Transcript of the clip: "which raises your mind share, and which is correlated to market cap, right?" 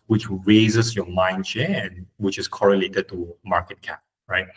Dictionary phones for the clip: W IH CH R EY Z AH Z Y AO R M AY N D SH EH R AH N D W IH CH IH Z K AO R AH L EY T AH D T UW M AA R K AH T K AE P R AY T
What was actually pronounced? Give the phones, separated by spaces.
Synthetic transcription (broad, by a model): W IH CH R EY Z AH S Y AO M AY N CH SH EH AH N W IH CH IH S K AO R AH L EY T AH D T UW M AA K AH T K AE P R AY T